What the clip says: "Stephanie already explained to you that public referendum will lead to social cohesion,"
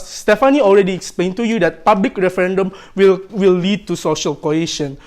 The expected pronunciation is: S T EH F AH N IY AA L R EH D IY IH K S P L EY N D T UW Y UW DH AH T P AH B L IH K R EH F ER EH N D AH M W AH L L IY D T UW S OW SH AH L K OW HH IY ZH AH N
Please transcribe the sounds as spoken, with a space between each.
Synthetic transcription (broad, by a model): S T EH F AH N IY AA L R EH D IY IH K S P L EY N T UW Y UW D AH T P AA B L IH K R EH F ER EH N D AH M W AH W L IY D T UW S OW SH AH L K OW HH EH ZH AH N